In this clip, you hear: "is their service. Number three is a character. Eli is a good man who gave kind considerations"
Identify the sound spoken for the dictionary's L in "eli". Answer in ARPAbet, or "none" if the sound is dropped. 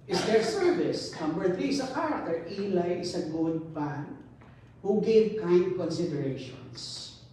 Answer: L